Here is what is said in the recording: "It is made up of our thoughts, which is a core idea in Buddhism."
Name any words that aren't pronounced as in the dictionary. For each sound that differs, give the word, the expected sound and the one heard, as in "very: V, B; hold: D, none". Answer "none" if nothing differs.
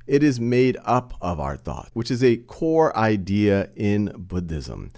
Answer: thoughts: S, none